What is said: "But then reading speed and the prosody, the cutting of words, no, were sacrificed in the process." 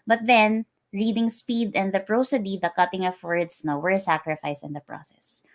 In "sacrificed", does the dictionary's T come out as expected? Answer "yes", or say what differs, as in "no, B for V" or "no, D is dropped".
no, T is dropped